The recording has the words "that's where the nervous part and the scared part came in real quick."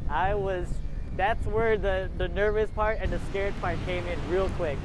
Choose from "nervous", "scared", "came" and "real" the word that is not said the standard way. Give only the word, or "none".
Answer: none